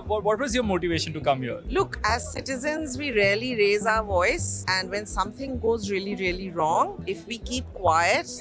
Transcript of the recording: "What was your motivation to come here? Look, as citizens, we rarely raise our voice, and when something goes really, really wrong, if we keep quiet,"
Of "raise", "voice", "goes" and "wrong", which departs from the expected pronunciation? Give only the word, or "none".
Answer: none